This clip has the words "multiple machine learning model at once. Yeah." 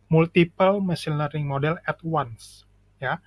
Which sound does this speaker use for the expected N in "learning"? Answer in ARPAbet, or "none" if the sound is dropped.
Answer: none